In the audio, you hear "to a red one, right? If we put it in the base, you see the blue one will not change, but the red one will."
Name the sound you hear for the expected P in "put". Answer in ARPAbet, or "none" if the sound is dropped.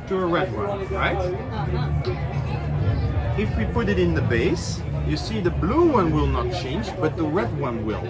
P